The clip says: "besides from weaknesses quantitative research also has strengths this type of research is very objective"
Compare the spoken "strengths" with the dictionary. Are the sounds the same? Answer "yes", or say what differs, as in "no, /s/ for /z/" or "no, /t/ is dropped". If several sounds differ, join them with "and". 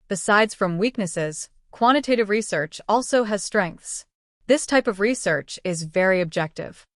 yes